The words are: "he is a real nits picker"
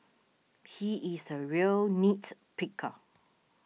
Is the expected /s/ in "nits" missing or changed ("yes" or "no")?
yes